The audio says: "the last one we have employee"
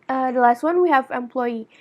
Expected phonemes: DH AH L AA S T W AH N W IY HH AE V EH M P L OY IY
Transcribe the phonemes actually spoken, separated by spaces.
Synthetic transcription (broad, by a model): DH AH L AA S T W AH N W IY HH AE V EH M P L OY IY